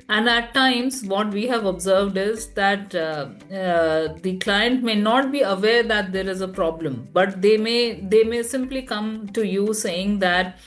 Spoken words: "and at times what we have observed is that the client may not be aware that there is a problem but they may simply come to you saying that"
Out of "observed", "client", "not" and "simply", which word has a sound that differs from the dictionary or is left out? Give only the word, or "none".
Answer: none